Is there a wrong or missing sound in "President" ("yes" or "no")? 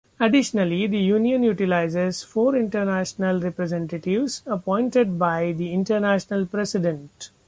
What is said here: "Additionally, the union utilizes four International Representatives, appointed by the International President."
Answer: yes